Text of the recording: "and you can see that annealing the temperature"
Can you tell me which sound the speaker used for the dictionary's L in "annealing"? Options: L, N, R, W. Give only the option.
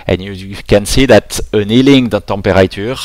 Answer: L